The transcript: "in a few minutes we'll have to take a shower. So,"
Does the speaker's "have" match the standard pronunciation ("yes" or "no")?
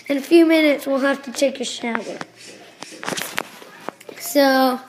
no